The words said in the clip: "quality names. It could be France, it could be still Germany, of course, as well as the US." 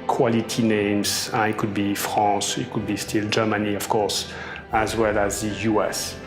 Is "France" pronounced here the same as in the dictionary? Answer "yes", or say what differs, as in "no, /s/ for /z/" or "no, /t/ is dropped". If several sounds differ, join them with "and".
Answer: no, /n/ is dropped